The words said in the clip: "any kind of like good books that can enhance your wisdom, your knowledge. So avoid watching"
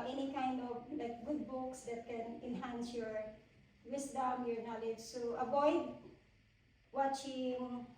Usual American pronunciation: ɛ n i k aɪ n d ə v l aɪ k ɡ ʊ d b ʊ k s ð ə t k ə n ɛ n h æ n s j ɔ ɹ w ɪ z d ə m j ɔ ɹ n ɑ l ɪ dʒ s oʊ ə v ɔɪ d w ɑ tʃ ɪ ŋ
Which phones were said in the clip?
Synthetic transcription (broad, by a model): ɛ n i k aɪ n d ə v l aɪ k ɡ ʊ d b ʊ k s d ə t k ə n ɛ n h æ n s j ɔ ɹ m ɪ s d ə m j ɔ ɹ n ɑ l ɪ dʒ s oʊ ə b ɔɪ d w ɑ tʃ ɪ ŋ